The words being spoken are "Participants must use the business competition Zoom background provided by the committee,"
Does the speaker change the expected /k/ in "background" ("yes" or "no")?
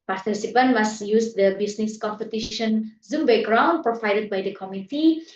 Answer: yes